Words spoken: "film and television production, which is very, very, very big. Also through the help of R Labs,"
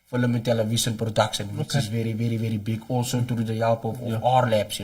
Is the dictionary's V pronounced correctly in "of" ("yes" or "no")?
no